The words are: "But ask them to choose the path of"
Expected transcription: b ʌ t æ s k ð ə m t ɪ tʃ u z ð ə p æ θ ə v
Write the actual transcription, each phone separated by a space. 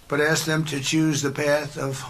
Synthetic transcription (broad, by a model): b ʌ t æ s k ð ə m t ɪ tʃ u z ð ə p æ θ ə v